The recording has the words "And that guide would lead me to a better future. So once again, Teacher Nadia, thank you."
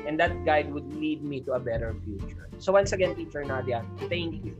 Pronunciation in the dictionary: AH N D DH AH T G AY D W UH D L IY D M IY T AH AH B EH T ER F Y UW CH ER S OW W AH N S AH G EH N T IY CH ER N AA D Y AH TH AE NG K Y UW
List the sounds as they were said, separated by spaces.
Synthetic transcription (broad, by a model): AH N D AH T G AY D W UH D L IY D M IY T AH AH B EH T ER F Y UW CH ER S OW W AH N S AH G EH N T IY CH ER N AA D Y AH T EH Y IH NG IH